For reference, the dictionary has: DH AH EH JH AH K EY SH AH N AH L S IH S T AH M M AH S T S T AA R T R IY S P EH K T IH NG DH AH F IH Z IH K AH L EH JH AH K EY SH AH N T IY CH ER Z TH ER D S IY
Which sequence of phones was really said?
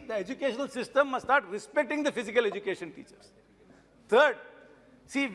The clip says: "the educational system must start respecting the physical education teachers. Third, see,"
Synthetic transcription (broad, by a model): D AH EH JH AH K EY SH AH N AH L S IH S T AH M M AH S S T AA R T R IY S P EH K T IH NG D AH F IH Z IH K AH L EH JH AH K EY SH AH N T IY CH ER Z T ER D S IY